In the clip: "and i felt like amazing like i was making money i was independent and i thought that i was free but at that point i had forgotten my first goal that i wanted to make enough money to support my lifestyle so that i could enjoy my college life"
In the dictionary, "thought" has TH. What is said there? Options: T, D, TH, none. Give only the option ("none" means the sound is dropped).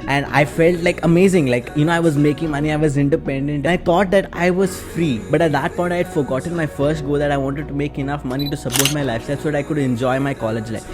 T